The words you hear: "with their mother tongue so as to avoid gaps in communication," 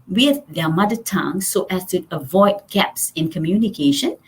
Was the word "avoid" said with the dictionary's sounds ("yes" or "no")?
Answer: yes